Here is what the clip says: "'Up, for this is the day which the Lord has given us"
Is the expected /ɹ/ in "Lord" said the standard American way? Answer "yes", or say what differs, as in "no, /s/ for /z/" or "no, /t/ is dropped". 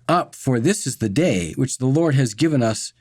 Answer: yes